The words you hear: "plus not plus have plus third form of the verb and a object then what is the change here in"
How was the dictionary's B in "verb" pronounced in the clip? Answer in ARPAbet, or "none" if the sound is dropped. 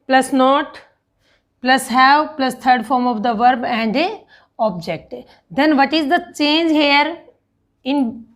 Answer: B